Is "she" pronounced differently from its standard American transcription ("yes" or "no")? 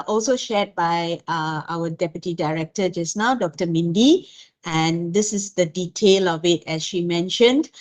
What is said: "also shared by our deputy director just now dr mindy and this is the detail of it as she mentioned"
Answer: no